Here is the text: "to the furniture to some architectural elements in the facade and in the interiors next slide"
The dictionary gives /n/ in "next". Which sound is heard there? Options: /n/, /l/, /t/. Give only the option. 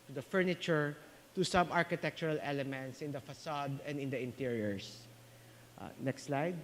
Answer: /n/